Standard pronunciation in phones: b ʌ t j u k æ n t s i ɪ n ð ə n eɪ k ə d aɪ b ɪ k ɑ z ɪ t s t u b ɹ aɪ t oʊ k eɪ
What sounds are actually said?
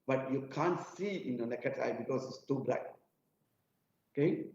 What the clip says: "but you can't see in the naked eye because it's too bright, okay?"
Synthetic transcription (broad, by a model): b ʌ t j u k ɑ n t s i ɪ n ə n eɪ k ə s aɪ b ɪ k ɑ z ɪ t s t u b l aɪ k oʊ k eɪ